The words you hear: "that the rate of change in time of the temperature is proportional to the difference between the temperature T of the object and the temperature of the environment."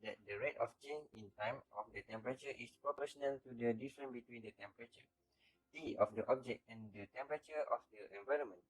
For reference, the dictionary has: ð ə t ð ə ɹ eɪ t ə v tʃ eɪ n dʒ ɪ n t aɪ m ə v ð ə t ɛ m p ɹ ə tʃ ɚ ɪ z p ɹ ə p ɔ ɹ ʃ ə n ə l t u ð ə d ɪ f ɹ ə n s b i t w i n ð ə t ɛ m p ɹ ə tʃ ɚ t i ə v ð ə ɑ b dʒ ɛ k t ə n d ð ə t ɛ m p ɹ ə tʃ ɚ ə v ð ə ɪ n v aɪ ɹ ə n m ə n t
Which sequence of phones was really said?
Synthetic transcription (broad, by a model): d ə t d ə ɹ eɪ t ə f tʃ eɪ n ɪ n t aɪ m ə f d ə t ɛ m p ɹ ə tʃ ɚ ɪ s p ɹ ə p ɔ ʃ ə n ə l t u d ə d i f ɹ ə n b i t w i n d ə t ɛ m p ɹ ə tʃ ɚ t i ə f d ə ɑ b dʒ ɛ k t ə n d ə t ɛ m p ɹ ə tʃ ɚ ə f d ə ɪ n v aɪ ɹ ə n m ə n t